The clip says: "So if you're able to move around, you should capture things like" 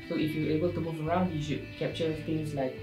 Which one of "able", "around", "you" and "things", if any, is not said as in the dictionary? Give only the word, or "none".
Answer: things